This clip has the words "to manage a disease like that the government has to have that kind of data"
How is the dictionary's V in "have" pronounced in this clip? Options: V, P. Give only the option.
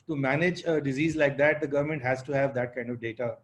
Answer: V